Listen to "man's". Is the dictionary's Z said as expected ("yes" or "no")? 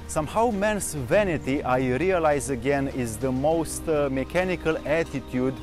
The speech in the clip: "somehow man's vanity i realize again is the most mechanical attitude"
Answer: no